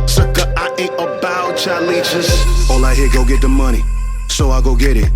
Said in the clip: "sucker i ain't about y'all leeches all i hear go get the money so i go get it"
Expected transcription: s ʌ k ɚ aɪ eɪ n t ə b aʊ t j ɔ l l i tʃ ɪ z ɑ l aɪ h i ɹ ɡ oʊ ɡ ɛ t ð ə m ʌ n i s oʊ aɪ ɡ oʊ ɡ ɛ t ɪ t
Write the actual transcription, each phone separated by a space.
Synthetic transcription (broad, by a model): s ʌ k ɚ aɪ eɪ t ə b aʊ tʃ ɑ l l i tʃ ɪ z ɑ l aɪ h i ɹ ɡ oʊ ɡ ɛ t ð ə m ʌ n i s oʊ aɪ ɡ oʊ ɡ ɛ t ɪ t